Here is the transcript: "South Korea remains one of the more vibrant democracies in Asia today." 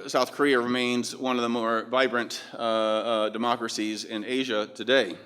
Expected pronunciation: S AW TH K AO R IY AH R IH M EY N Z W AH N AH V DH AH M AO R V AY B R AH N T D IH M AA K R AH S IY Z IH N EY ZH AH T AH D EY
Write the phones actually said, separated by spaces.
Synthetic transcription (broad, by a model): S AW TH K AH R IY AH R IH M EY N Z W AH N AH V DH AH M AO R V AY B R AH N T D IH M AA K R AH S IY Z IH N EY ZH AH T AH D EY